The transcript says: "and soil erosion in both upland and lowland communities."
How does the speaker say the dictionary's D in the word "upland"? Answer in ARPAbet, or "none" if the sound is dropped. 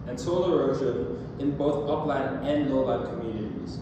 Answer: none